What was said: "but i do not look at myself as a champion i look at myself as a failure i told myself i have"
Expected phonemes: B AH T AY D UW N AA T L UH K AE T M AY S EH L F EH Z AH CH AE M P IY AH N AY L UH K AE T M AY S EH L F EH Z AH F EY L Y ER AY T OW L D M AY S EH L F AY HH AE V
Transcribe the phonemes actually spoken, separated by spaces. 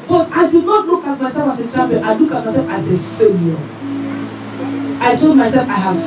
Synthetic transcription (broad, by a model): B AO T AY D UW N AA T L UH K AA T M AY S EH L F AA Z AH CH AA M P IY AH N AY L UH K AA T M AY S EH L F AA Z AH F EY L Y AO AY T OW D M AY S EH L F AY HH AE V